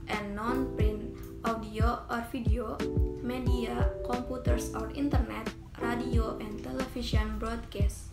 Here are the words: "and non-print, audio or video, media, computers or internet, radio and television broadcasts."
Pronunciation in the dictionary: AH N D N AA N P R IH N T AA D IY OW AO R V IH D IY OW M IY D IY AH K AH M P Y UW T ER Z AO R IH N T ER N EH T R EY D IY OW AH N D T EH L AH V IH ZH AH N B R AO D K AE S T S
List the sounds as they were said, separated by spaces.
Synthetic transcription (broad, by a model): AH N N AA N P R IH N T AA D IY OW AO R F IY D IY OW M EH D IY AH K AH M P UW T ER S AO R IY N T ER N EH T R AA D IY OW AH N T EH L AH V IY S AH N B R AO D K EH S T